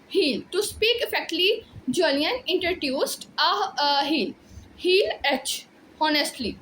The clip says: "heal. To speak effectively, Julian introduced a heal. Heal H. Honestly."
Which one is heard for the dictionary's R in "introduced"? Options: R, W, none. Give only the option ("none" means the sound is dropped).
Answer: none